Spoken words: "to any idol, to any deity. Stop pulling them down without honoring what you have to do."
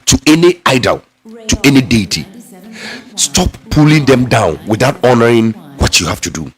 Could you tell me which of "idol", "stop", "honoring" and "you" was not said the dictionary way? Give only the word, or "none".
none